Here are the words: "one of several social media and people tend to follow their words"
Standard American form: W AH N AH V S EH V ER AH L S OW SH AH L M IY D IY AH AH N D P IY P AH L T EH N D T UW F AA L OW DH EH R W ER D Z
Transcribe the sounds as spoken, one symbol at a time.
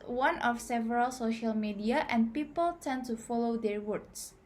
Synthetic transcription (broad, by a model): W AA N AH F S EH V ER AH L S OW SH AH L M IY D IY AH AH N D P IY P AH L T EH N T UW F AA L OW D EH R W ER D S